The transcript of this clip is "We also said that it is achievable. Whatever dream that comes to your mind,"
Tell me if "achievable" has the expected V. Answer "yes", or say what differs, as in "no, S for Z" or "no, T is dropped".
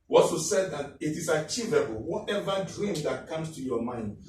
yes